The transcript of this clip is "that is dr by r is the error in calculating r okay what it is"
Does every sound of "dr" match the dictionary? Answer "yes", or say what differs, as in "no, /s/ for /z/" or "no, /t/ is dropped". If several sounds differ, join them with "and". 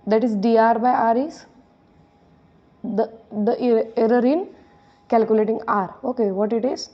no, /k/ is dropped